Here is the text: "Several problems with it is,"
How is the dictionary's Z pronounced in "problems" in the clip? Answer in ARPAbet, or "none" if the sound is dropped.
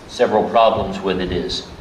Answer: Z